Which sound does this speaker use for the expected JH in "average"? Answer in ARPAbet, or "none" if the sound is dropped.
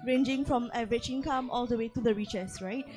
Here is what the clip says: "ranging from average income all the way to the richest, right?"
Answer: CH